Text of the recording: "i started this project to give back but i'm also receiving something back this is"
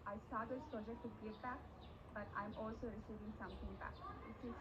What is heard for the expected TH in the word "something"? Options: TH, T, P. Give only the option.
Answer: T